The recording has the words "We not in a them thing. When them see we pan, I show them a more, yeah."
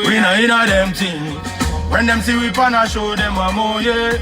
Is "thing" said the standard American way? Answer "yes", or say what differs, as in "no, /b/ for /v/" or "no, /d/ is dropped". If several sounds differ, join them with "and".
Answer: no, /t/ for /θ/